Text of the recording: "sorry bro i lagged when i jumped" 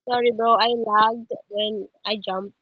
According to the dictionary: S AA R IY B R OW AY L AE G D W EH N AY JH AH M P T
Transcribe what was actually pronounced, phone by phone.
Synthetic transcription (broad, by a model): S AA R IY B OW AY L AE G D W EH N AY JH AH M P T